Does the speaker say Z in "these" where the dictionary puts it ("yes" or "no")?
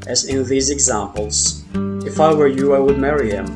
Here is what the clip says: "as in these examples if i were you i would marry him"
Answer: yes